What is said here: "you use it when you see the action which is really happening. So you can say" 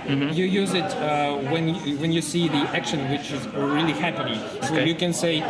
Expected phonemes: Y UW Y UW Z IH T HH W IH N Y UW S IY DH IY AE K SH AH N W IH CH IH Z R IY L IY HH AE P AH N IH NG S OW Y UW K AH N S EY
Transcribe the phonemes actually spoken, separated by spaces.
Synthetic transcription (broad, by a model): Y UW Y UW Z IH T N W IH N Y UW S IY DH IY AE K SH AH N W IH CH IH Z R IY L IY HH AE P AH N IH NG S OW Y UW K AH N S EY